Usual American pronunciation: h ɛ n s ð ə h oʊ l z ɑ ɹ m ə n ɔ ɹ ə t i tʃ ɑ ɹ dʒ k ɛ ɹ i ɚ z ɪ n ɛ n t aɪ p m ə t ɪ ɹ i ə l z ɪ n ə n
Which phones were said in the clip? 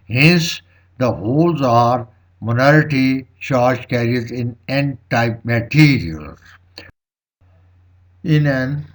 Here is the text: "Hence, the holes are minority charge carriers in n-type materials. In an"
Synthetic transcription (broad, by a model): h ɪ n s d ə h oʊ l z ɑ ɹ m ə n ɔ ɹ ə t i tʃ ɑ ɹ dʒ k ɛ ɹ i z ɪ n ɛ n t aɪ p m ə t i ɹ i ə l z ɪ n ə n